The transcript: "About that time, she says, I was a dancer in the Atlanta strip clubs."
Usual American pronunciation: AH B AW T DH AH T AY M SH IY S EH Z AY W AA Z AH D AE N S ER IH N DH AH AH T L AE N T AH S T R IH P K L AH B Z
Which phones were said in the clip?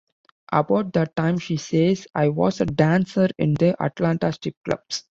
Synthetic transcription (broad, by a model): AH B AW T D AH T AY M SH IY S EH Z AY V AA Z AH D AE N S ER IH N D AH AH T L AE N T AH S T IH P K L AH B S